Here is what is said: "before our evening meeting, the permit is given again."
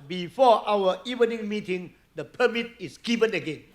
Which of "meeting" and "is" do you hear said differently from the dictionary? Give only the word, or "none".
is